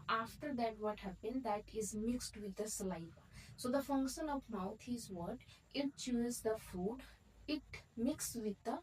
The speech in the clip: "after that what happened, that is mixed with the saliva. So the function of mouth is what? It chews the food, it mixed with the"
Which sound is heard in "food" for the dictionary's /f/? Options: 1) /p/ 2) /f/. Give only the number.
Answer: 2